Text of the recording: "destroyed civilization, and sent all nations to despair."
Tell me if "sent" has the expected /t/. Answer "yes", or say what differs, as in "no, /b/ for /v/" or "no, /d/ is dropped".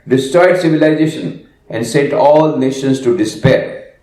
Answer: yes